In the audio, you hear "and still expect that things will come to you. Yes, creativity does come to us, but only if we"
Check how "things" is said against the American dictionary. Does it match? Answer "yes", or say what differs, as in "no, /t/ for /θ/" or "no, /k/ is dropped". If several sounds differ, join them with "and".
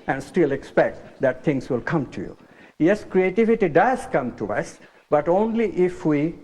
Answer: no, /t/ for /θ/